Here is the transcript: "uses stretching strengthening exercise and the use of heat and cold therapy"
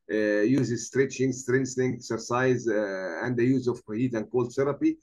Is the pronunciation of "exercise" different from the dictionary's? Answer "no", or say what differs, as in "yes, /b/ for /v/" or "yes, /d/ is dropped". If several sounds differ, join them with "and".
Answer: no